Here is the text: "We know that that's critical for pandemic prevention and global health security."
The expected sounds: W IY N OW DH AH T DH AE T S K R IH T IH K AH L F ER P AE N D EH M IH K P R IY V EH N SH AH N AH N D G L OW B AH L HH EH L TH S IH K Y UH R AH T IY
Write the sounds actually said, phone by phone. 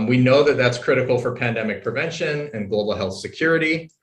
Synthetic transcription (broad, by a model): W IY N OW DH AH T DH AE T S K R IH T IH K L F ER P AE N D EH M IH K P R IY V EH N SH AH N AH N G L OW B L HH EH L TH S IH K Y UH R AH T IY